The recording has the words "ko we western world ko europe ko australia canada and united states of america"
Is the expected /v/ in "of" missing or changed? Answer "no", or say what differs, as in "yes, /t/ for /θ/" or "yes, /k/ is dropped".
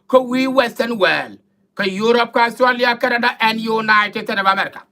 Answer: yes, /b/ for /v/